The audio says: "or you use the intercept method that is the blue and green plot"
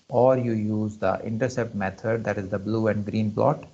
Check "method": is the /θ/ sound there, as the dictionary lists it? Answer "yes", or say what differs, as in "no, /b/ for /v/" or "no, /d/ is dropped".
no, /t/ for /θ/